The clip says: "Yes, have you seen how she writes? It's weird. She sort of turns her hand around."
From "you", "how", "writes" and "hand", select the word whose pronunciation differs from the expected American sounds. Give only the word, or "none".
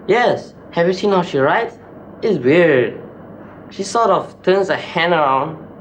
hand